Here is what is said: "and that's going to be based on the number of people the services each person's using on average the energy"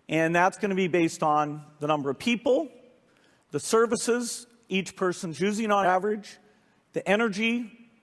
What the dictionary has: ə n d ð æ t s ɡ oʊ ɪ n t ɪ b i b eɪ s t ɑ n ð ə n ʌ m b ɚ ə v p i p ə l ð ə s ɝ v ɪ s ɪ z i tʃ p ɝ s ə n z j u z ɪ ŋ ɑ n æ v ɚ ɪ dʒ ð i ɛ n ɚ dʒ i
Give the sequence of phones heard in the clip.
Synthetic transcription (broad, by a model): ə n ð æ t s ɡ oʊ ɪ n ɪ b i b eɪ s t n ð ə n ʌ m b ɚ ə v p i p l ð ə s ɝ v ɪ s ɪ z i tʃ p ɝ s ə n z j u z ɪ ŋ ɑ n æ v ɚ ɪ dʒ ð i ɛ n ɚ dʒ i